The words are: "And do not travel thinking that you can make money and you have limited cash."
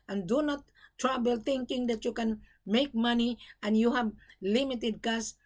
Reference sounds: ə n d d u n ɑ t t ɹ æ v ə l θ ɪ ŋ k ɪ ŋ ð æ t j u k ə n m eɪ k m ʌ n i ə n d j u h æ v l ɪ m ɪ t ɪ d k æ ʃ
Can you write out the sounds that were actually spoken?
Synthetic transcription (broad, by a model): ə n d d u n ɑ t t ɹ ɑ b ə l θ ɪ ŋ k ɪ ŋ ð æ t j u k ə n m eɪ k m ʌ n i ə n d j u h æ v l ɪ m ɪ t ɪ d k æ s